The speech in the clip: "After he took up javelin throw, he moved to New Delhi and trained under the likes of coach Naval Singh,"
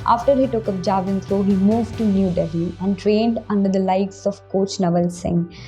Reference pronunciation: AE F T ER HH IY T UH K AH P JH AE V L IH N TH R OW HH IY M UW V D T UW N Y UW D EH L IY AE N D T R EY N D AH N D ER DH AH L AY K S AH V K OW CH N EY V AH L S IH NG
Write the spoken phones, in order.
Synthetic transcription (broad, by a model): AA F T ER HH IY T UH K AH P JH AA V IH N T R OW HH IY M UW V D T UW N Y UW D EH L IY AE N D T R EY N D AH N D ER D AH L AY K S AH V K OW CH N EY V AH L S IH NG